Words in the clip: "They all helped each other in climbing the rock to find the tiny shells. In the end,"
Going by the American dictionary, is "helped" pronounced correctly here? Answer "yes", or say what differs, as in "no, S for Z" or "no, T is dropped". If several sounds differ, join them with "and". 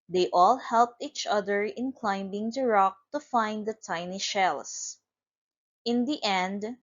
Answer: yes